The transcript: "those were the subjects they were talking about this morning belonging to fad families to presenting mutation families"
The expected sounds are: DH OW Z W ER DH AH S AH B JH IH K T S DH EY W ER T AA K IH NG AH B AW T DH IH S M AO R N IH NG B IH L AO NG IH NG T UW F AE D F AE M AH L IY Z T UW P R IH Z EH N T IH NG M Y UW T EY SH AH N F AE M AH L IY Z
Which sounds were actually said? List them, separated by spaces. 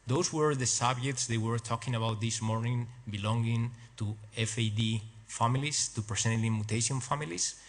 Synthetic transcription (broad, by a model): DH OW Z W ER DH AH S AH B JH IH K T S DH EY W ER T AA K IH NG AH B AW T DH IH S M AO R N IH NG B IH L AO NG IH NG T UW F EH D F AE M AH L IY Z T UW P R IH S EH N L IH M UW T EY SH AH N F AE M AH L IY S